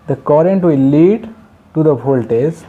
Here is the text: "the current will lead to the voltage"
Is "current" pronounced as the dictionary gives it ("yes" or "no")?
yes